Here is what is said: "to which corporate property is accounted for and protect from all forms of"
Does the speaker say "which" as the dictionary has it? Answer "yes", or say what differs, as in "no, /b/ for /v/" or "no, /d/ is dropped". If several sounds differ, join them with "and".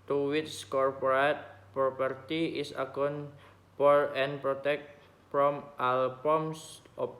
no, /s/ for /tʃ/